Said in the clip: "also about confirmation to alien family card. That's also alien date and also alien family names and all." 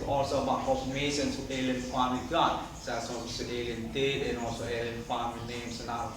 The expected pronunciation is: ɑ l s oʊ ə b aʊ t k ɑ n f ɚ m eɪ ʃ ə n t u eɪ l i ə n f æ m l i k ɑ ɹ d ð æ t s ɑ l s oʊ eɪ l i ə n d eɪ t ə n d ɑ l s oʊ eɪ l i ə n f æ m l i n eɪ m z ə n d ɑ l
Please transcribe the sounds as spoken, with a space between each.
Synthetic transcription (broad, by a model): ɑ l s oʊ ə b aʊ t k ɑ f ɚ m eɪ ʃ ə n s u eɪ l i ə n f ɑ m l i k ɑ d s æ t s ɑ s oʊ eɪ l i ə n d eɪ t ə n ɑ l s oʊ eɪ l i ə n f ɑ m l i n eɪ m s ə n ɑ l